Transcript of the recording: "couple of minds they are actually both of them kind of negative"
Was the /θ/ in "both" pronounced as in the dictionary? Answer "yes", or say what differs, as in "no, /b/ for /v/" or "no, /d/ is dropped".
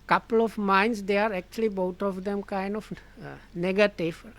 no, /t/ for /θ/